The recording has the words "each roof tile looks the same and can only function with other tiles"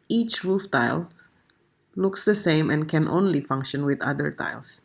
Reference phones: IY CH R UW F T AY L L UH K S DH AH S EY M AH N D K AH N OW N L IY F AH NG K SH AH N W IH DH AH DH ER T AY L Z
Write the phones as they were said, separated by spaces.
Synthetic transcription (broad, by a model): IY CH R UW F T AY L L UH K S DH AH S EY M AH N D K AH N OW N L IY F AH NG K SH AH N W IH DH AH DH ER T AY L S